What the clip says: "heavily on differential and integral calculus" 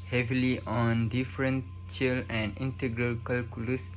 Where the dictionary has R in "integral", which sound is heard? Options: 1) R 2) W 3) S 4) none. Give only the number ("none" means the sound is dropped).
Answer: 1